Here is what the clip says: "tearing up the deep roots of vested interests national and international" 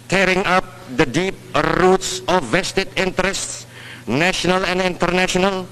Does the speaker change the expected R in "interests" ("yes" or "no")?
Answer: no